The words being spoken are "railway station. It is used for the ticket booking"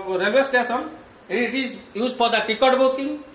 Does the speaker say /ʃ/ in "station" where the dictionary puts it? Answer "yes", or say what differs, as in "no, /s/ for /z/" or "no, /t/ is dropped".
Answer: no, /s/ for /ʃ/